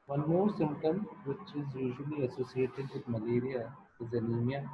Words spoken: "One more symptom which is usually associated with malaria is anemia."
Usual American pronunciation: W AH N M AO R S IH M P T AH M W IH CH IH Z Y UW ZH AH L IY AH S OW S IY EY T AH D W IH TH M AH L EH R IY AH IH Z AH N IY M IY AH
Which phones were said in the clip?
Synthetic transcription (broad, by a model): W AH N M AO R S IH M T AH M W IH CH IH Z Y UW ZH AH L IY AH S OW S IY EY T AH D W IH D M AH L EH R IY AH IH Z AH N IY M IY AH